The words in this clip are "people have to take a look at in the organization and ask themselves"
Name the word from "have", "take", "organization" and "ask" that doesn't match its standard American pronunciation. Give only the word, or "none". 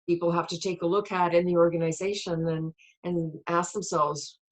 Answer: have